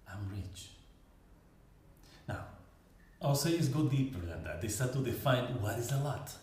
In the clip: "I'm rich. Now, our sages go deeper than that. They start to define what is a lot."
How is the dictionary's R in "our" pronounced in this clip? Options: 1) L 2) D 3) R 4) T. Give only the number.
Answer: 1